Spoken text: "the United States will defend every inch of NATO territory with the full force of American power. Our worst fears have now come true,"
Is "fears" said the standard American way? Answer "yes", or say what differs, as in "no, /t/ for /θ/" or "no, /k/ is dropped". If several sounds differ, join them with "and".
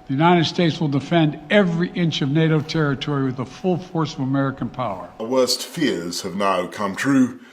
yes